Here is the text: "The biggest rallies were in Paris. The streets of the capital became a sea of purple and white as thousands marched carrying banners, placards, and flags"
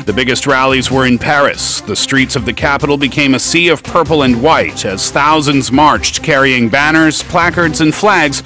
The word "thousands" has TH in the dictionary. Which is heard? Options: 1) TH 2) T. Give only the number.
1